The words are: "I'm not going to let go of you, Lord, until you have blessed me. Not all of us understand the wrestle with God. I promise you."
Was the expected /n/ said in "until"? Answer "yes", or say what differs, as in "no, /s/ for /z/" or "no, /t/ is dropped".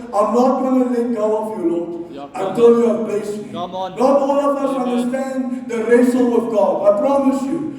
no, /n/ is dropped